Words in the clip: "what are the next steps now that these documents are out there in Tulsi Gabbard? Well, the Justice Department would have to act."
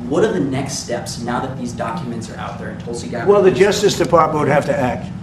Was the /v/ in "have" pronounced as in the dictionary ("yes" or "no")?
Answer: no